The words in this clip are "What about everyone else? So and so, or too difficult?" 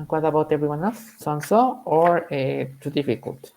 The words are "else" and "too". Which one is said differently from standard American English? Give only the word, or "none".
none